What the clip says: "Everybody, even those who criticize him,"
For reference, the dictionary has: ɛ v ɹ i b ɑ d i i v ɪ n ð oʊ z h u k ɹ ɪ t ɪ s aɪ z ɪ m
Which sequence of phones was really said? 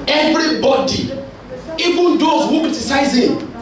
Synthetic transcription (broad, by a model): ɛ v ɹ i b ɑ d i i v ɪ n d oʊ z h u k ɪ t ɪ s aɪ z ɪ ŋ